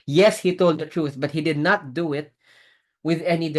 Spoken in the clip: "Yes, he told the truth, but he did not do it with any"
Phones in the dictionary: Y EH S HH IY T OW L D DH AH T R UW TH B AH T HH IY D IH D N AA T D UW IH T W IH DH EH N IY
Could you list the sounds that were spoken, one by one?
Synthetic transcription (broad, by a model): Y EH S HH IY T OW L D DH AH T R UW TH B AH T HH IY D IH D N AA T D UW IH T W IH DH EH N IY